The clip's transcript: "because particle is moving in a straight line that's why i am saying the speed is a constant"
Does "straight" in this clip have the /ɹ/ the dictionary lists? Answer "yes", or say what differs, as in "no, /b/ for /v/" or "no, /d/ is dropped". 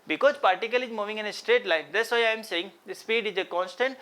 yes